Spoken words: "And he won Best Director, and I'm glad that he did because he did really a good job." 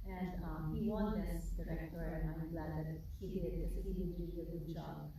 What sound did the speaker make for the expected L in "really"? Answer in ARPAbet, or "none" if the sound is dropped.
none